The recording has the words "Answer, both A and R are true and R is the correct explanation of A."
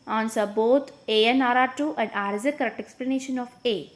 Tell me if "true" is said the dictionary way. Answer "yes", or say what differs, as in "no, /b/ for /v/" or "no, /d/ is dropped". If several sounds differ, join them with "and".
no, /ɹ/ is dropped